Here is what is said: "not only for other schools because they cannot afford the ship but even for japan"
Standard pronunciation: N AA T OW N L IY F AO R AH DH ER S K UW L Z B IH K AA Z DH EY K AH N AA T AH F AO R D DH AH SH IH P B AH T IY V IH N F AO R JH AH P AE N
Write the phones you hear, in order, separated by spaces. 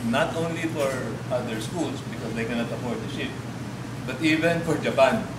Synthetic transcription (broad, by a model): N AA T OW N L IY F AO R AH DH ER S K UW L S B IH K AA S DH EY K AH N AA T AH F AO R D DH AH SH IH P B AH T IY V IH N F AO R JH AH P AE N